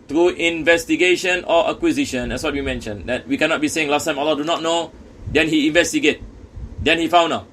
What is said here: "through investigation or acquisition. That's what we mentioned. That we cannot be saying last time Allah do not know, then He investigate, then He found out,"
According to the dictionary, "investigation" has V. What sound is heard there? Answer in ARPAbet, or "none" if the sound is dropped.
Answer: V